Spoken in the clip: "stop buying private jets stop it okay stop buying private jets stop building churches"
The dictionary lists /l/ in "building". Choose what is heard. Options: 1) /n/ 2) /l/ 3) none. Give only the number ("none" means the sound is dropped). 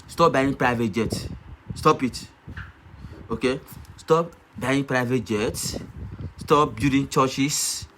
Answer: 3